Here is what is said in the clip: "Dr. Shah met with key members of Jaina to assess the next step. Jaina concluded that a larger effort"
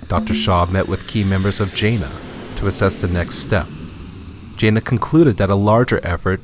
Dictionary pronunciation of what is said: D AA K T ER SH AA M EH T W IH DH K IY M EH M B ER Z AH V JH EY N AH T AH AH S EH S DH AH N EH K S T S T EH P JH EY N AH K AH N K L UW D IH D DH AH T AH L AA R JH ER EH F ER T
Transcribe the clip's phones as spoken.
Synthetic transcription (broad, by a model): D AA K T ER SH AA M EH T W IH DH K IY M EH M B ER Z AH V JH EY N AH T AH AH S EH S DH AH N EH K S T S T EH P JH EY N AH K N K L UW D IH D DH AH T AH L AA R JH ER EH F ER T